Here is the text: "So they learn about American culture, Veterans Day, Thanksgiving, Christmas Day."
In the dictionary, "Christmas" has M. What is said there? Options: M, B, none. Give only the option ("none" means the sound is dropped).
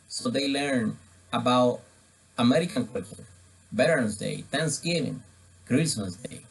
none